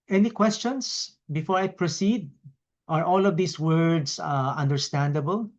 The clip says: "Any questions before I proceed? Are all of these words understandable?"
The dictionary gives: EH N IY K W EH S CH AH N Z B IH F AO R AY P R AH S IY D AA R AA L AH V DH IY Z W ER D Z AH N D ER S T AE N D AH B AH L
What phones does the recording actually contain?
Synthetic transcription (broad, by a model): EH N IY K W EH S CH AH N S B IH F AO R AY P R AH S IY D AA R AA L AH V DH IY S W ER D S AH N D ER S T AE N D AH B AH L